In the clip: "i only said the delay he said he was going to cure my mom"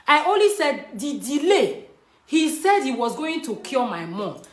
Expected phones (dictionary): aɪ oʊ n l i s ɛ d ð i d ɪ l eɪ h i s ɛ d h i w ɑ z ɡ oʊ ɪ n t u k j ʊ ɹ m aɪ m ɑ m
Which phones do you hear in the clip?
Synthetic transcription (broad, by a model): aɪ oʊ n l i s ɛ d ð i d ɪ l eɪ h i s ɛ d h i w ɑ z ɡ oʊ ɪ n t u k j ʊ l m aɪ m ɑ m